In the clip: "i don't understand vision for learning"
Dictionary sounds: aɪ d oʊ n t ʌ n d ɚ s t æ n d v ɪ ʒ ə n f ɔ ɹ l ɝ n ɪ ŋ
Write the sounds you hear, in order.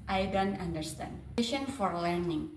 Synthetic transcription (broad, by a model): aɪ d oʊ n t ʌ n d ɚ s t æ n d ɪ ʃ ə n f ɔ ɹ l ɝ n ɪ ŋ